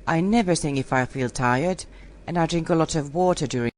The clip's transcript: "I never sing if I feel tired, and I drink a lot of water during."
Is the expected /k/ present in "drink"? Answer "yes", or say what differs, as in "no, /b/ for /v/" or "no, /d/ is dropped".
yes